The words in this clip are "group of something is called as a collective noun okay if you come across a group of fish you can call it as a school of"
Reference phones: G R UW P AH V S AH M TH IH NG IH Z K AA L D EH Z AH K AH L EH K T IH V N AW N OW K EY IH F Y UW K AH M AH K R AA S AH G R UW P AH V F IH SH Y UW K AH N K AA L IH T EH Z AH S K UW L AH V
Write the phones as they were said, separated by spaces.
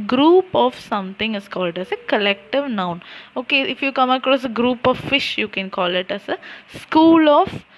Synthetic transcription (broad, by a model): G R UW P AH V S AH M T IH NG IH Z K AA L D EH S AH K AH L EH K T IH V N AW N OW K EY IH F Y UW K AH M AH K R AA S AH G R UW P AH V F IH SH Y UW K AH N K AA L IH T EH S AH S K UW L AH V